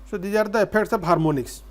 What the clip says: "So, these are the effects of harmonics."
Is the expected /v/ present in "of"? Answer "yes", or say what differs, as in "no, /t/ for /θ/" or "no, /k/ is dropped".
no, /b/ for /v/